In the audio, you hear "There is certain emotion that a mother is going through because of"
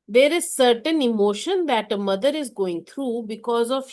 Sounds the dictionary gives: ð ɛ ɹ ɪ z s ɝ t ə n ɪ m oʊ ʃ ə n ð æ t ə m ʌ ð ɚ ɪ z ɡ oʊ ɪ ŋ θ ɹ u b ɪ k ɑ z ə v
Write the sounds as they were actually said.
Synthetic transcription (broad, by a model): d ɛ ɹ ɪ z s ɝ t ə n ɪ m oʊ ʃ ə n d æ t ə m ʌ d ɚ ɪ z ɡ oʊ ɪ ŋ t ɹ u b ɪ k ɑ z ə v